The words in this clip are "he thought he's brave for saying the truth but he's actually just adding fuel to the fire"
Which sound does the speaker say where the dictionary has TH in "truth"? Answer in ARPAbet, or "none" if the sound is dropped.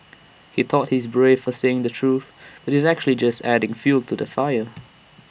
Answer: TH